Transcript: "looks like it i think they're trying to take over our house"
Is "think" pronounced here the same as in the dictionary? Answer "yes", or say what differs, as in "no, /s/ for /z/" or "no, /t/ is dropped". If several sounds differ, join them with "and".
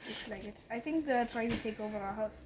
yes